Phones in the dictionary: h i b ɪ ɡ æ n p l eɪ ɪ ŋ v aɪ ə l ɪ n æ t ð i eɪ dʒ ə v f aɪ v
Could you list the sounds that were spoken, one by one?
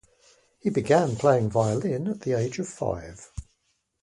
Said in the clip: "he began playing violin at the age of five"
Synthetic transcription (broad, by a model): h i b ɪ ɡ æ n p l eɪ ɪ ŋ v aɪ ə l ɪ n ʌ t ð i eɪ dʒ ə v f aɪ v